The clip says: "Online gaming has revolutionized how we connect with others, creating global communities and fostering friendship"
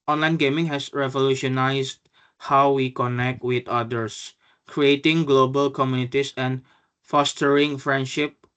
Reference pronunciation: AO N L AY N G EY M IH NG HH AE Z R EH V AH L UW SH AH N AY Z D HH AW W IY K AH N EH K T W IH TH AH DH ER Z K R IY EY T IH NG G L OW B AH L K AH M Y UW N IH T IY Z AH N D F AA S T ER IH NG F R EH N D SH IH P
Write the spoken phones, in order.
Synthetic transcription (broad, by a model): AO N L AY N G EY M IH NG HH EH S R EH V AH L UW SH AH N AY S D HH AW W IY K AH N EH K T W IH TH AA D ER S K R IY EY T IH NG G L OW B AH L K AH M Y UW N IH T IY S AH N F AA S T ER IH NG F R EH N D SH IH P